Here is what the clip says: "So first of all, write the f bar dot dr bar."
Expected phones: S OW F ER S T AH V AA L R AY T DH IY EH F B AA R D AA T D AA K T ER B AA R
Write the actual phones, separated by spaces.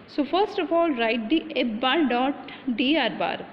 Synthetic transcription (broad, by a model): S OW F ER S T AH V AA L R AY T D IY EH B B AA R D AA T D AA T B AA R